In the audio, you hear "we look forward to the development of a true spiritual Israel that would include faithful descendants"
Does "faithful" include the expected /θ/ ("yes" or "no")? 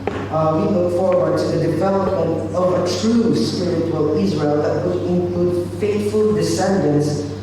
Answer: no